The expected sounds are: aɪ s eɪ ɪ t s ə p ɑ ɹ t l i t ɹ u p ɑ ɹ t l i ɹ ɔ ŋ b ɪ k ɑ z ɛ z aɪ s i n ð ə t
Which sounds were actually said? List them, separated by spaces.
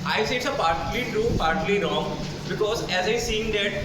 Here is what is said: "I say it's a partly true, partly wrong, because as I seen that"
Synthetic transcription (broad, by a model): aɪ s eɪ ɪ t s ə p ɑ ɹ t l i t u p ɑ ɹ t l i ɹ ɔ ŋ b ɪ k ɑ z ɛ z aɪ s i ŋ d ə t